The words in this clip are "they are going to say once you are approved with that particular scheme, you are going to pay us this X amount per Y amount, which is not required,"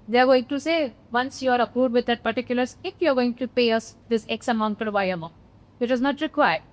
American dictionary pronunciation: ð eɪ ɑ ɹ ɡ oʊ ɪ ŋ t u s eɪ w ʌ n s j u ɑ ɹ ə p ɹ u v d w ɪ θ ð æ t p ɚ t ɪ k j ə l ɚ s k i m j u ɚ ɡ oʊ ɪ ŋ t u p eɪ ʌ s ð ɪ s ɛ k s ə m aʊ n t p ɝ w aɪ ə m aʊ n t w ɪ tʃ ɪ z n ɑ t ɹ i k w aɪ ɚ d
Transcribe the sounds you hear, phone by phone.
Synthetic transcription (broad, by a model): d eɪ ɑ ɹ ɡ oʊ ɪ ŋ t u s eɪ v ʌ n s j u ɑ ɹ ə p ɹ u d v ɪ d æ t p ɚ t ɪ k j ə l ɚ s ɪ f j u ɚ ɡ oʊ ɪ ŋ t u p eɪ ʌ s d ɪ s ɛ k s ə m aʊ n t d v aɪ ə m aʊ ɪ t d ɪ z n ɑ t ɹ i k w aɪ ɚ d